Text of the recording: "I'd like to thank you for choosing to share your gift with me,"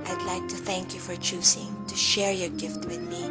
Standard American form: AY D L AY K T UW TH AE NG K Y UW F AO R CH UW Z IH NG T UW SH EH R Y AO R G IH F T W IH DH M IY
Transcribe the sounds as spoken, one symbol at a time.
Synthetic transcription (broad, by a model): AY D L AY K T UW TH AE NG K Y UW F AO R CH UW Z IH NG T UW SH EH R Y AO R G IH F T W IH DH M IY